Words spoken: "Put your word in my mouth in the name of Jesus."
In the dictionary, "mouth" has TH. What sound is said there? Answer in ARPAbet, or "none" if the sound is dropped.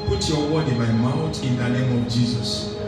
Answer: T